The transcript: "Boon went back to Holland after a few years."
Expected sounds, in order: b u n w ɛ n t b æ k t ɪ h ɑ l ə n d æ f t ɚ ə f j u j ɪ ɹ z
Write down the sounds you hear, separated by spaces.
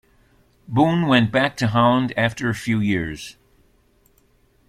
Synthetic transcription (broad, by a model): b u n w ɛ n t b æ k t ɪ h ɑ ə n d æ f t ɚ ə f j u j ɪ ɹ z